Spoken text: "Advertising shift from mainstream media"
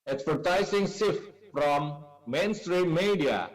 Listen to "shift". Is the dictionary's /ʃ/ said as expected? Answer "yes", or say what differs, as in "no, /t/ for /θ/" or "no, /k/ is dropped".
no, /s/ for /ʃ/